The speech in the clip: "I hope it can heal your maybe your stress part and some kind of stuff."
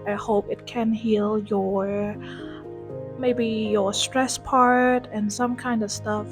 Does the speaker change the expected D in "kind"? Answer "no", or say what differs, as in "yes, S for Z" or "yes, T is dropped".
no